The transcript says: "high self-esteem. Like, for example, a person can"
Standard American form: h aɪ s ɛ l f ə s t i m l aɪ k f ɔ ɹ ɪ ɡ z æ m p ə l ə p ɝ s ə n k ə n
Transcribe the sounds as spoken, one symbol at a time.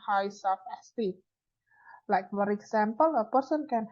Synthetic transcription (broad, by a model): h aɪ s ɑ f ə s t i l aɪ k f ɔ ɹ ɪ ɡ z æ m p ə l ə p ɝ s ə n k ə n